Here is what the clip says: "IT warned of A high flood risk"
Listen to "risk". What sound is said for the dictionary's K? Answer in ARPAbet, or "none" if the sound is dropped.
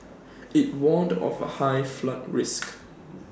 K